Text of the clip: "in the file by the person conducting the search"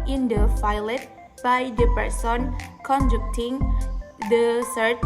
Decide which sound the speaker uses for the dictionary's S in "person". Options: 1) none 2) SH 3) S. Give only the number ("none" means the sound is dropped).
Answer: 3